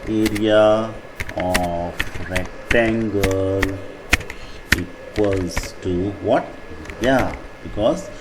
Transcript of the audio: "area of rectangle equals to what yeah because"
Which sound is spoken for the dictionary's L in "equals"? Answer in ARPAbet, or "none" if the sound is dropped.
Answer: none